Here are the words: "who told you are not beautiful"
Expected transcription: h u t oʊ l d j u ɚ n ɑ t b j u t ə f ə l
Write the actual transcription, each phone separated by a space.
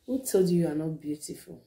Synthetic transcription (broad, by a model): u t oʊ d j u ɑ n ɑ t b j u t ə f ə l